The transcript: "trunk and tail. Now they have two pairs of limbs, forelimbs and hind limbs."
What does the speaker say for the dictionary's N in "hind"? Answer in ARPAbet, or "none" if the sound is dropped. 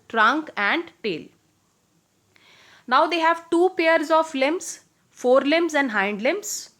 N